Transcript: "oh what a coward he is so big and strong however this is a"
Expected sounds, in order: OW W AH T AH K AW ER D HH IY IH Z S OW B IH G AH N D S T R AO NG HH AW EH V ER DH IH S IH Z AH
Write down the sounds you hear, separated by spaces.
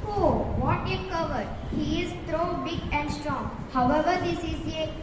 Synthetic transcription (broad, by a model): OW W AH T AH K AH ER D HH IY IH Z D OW B IH G AH N D S T R AO NG HH AW EH V ER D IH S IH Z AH